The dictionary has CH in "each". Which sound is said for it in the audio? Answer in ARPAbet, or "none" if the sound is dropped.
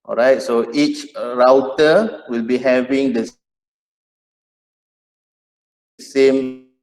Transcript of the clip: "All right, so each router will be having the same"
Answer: CH